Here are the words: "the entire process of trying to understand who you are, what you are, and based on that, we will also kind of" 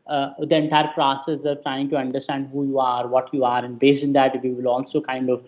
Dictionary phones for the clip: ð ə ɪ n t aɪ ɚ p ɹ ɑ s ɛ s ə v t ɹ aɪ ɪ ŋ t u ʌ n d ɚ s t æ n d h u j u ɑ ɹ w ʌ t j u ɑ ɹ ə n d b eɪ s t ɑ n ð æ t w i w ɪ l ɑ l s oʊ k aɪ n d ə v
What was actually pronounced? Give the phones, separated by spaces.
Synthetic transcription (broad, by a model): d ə ɪ n t aɪ ɚ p ɹ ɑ s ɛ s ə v t ɹ aɪ ɪ ŋ t u ʌ n d ɚ s t æ n d h u j u ɑ ɹ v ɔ t j u ɑ ɹ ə n b eɪ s ɪ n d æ t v i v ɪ l ɑ l s oʊ k aɪ n d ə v